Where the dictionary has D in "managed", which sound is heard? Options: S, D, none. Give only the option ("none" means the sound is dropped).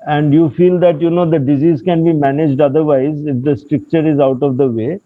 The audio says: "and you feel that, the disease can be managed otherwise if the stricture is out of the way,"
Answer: D